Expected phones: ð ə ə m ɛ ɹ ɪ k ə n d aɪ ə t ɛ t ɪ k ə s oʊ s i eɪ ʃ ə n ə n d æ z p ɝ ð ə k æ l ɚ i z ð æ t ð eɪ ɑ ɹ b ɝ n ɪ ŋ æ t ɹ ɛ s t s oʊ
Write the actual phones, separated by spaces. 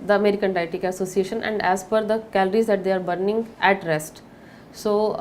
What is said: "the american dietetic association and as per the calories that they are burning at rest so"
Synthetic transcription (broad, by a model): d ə ə m ɛ ɹ ɪ k ə n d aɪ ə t t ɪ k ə s oʊ s i eɪ ʃ ə n ə n d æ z f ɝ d ə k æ l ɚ i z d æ t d eɪ ɑ ɹ b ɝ n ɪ ŋ æ t ɹ ɛ s t s oʊ